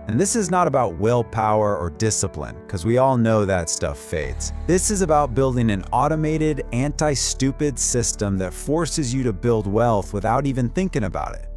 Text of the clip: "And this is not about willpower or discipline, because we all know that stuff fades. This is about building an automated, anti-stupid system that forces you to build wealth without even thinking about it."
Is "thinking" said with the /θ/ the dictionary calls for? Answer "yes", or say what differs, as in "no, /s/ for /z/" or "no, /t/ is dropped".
yes